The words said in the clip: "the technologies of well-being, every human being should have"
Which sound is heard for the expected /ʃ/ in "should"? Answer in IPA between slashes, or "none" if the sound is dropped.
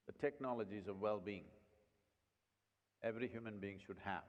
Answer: /ʃ/